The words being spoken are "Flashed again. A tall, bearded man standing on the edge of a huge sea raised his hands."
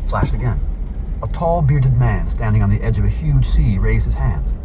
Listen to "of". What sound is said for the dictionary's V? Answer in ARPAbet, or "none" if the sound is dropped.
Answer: V